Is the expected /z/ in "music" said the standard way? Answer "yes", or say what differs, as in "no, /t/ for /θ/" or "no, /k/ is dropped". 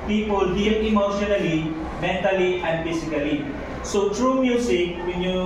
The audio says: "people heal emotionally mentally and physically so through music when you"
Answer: no, /s/ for /z/